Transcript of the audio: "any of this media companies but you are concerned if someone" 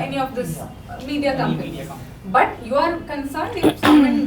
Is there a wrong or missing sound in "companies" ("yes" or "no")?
yes